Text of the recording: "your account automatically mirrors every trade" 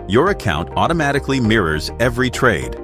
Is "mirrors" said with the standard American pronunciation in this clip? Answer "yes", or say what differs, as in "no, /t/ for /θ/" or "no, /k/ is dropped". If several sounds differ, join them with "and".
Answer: yes